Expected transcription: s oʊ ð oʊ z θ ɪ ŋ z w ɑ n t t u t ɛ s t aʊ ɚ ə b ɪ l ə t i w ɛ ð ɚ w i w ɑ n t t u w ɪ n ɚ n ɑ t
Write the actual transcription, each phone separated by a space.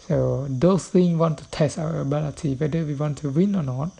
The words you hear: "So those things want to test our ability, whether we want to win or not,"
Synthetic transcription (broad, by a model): s oʊ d oʊ s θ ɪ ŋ w ɑ n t t u t ɛ s t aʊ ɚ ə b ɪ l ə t i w ɛ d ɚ w i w ɑ n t t u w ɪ n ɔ n ɑ t